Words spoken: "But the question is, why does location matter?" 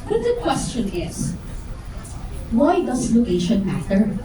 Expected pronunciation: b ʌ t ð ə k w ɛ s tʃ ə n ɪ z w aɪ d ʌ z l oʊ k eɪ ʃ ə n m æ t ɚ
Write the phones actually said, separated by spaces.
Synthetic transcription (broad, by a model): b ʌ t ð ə k w ɛ s tʃ ə n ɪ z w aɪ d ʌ s l oʊ k eɪ ʃ ə n m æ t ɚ